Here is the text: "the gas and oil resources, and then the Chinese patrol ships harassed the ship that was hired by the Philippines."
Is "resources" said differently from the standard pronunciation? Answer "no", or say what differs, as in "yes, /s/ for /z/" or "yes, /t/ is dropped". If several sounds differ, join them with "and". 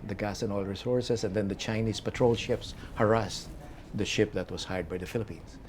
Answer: yes, /s/ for /z/